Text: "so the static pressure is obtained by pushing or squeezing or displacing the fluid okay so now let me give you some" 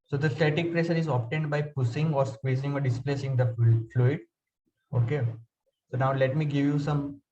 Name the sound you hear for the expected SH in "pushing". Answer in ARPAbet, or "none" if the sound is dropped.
S